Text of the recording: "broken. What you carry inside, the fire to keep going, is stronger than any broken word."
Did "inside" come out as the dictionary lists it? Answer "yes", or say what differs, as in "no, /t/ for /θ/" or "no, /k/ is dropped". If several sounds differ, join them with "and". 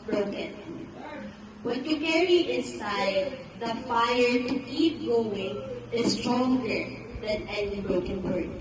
no, /n/ is dropped